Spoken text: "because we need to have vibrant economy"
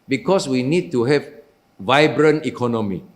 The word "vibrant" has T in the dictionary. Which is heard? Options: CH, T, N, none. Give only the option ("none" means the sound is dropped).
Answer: none